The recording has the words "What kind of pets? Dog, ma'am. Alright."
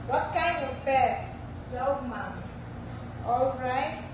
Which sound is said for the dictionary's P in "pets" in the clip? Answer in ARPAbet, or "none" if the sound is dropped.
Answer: B